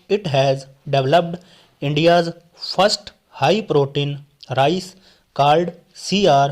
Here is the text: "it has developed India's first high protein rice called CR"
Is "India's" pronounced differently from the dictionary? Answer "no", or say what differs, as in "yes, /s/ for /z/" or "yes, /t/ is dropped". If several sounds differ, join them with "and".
no